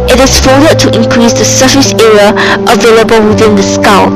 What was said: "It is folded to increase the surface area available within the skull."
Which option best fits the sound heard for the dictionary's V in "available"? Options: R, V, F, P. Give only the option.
V